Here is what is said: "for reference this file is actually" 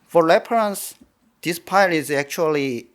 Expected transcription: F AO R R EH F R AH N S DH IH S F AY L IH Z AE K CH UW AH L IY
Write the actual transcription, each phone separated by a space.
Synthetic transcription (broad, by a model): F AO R L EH P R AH N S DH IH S P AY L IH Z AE K CH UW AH L IY